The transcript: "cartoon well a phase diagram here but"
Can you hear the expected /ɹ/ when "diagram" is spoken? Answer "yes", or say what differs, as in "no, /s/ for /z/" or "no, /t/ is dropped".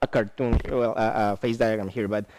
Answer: no, /ɹ/ is dropped